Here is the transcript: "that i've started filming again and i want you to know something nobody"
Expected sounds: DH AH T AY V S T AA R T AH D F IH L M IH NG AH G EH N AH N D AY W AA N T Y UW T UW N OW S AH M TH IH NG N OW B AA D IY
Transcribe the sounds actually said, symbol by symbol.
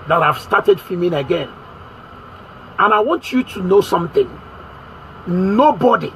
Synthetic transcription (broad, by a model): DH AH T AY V S T AA T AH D F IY M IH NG AH G EH N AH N AY W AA N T Y UW T UW N OW S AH M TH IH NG N OW B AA D IY